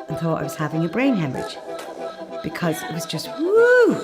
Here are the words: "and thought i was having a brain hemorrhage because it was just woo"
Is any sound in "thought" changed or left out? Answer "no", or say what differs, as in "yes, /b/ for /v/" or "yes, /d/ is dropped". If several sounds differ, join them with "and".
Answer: no